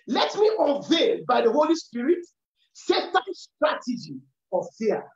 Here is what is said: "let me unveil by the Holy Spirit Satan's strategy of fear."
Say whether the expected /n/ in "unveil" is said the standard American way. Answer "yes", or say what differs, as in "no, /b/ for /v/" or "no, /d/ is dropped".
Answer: no, /n/ is dropped